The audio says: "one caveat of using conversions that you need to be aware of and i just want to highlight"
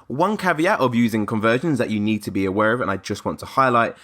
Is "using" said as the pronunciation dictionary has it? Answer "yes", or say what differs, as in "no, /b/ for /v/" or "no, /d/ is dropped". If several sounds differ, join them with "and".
yes